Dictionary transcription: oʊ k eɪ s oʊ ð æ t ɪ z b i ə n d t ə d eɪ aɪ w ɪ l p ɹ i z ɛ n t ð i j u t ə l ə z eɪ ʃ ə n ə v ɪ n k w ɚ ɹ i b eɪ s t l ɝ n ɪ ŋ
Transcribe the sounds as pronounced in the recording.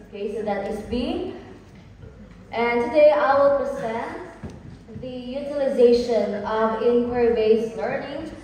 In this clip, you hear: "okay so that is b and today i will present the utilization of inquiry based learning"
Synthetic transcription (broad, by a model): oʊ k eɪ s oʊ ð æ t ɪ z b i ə n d t ə d eɪ aɪ w ɪ l p ɹ i z ɛ n t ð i j u t ə l ə z eɪ ʃ ə n ə v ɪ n k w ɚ ɹ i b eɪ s l ɝ n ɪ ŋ